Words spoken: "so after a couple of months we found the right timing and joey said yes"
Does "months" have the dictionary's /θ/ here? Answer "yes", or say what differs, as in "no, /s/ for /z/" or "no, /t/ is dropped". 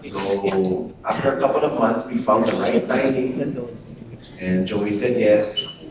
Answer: no, /t/ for /θ/